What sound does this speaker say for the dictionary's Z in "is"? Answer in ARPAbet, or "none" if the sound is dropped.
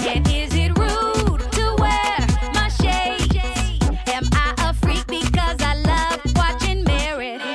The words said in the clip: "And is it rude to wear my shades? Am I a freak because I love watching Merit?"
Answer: Z